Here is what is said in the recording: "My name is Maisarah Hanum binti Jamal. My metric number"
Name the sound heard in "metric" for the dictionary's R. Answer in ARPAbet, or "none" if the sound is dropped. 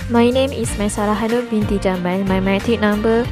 none